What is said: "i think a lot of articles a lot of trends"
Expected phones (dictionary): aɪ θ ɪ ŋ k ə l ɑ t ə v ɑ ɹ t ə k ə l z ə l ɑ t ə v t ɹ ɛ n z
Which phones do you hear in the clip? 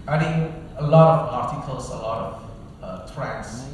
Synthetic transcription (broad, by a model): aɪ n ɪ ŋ ə l ɑ t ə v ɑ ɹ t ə k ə l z ə l ɑ t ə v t ɹ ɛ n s